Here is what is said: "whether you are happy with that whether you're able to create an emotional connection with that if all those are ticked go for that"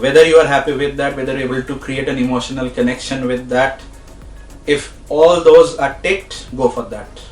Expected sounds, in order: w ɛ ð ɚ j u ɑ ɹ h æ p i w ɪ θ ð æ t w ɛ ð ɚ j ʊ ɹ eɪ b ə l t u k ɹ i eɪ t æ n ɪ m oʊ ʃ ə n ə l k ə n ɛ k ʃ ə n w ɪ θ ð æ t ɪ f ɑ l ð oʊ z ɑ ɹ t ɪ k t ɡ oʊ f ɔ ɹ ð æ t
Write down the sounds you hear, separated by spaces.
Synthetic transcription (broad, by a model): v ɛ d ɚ j u ɑ ɹ h æ p i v ɪ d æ t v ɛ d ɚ ɹ eɪ b ə l t u k ɹ i eɪ t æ n ɪ m oʊ ʃ ə n ə l k ə n ɛ k ʃ ə n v ɪ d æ t ɪ f ɑ l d oʊ z ɑ ɹ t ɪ t ɡ oʊ f ɔ ɹ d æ t